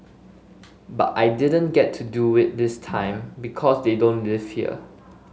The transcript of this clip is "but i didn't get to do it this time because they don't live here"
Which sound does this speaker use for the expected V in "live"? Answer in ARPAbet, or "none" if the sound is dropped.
F